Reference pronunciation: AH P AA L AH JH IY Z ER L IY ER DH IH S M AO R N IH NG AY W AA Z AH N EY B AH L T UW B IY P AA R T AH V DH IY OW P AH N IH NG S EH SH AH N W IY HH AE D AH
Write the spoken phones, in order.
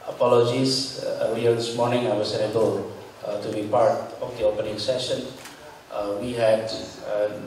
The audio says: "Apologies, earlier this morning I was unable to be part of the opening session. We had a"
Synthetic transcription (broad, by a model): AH P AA L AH JH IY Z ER IY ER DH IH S M AO R N IH NG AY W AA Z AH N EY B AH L T UW B IY P AA R T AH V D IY OW P AH N IH NG S EH SH AH N W IY HH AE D